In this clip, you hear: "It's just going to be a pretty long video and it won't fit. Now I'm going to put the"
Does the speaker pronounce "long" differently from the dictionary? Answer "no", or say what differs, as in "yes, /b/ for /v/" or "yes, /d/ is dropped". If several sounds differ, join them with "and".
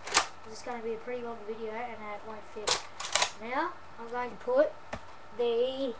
yes, /w/ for /l/